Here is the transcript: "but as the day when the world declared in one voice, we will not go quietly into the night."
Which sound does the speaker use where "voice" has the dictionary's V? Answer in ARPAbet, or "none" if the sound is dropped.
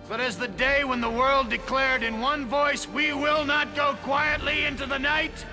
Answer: V